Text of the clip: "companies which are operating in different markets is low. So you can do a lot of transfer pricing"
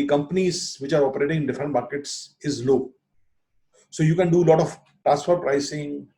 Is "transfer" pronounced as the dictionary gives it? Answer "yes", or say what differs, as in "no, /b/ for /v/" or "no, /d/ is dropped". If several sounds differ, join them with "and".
no, /n/ is dropped